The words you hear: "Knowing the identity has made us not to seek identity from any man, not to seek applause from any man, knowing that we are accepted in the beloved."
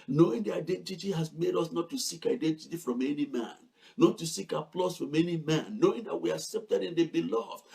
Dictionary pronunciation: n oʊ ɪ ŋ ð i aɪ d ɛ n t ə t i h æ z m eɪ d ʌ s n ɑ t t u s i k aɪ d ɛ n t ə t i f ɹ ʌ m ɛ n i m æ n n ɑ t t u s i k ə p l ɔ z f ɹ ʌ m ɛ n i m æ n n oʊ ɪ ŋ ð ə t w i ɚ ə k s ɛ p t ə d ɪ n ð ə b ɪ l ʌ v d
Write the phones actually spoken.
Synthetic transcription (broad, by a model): n oʊ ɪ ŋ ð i aɪ d ɛ n t ə t i h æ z m eɪ d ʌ s n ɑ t t u s i k aɪ d ɛ n t ə t i f ɹ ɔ m ɛ n i m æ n n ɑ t t u s i k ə p l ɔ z f ɹ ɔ m ɛ n i m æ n n oʊ ɪ ŋ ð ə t w i ə k s ɛ p t ə d ɪ n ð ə b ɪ l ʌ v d